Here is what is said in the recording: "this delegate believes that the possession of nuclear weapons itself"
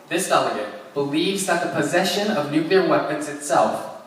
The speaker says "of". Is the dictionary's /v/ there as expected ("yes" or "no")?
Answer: yes